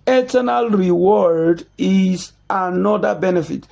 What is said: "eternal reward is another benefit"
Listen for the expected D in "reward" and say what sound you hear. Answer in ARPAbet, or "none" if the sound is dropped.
D